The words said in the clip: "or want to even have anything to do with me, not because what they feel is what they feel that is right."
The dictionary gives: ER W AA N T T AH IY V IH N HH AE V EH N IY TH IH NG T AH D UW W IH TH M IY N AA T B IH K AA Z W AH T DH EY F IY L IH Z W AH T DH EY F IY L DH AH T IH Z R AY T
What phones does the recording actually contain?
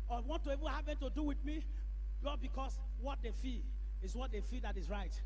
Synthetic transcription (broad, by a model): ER W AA N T T AH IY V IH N HH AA P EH N T AH D UW W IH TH M IY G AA B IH K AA S W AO T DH EY F IY L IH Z W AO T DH EY F IY L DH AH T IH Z R AY T